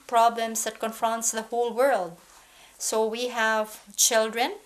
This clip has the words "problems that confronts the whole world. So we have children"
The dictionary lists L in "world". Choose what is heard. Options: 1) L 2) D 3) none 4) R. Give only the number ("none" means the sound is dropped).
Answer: 1